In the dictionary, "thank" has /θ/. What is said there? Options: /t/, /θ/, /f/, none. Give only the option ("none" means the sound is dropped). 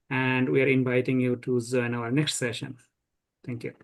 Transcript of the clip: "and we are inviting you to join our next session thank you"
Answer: /t/